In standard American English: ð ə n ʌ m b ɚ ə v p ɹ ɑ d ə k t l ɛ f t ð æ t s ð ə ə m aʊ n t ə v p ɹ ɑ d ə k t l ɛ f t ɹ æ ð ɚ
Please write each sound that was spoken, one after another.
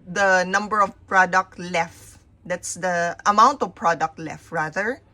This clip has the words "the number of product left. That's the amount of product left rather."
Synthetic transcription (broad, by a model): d ə n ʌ m b ɚ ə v p ɹ ɑ d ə k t l ɛ f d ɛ t s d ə ə m aʊ n t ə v p ɹ ɑ d ə k t l ɛ f ɹ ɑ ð ɚ